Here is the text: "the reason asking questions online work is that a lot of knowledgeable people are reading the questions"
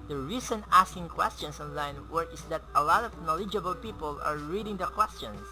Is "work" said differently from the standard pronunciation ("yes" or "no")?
yes